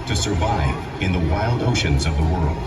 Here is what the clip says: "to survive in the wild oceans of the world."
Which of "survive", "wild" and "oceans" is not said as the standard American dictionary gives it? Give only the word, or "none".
none